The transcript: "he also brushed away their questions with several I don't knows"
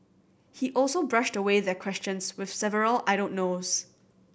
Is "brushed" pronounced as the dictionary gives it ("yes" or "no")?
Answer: yes